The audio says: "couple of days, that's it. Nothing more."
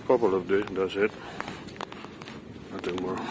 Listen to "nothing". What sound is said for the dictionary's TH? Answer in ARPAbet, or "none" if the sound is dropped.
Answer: T